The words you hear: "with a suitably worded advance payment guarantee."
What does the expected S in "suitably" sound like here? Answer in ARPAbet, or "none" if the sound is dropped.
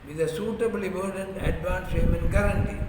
S